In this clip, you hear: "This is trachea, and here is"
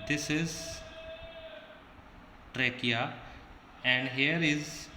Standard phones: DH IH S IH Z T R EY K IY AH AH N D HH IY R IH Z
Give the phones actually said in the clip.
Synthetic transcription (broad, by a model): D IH S IH Z T R EY K IY AH AH N D HH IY R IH Z